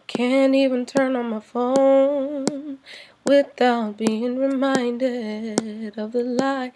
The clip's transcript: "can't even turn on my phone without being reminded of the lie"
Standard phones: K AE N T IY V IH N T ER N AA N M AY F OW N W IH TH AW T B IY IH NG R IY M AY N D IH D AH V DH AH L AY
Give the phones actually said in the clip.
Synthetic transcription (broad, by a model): K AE N T IY V IH N T ER N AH N M AY F OW N W IH TH AW T B IY IH NG R IY M AY N D IH D AH V DH AH L AY